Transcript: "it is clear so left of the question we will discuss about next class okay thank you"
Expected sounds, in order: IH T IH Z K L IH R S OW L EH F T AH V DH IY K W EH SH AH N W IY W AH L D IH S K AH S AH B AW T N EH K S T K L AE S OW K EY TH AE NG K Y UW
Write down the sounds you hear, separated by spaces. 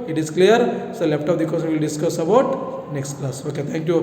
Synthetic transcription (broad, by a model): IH T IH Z K L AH R S OW L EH P T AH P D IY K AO S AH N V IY L D IH S K AH S AH B AW T N EH K S T K L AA S OW K EY T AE NG K Y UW